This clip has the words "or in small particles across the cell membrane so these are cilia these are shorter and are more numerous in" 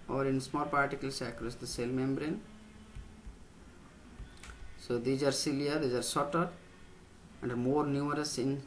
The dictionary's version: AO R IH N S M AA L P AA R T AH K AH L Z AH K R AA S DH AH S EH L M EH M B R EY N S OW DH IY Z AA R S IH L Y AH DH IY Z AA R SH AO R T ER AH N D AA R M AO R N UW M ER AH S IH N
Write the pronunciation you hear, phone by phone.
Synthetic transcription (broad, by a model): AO R IH N S M AA L P AA R T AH K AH L S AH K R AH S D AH S EH L M EH M B R EY N S OW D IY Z AA R S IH L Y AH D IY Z AA R S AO T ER AH N D AA R M AO R N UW M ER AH S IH N